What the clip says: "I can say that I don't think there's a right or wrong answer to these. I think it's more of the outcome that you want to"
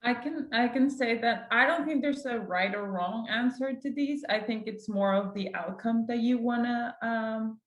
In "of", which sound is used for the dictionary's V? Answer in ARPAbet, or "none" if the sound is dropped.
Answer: V